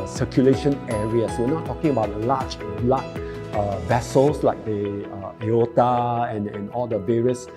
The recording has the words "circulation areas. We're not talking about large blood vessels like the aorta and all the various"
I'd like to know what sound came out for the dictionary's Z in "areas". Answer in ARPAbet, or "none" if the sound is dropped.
S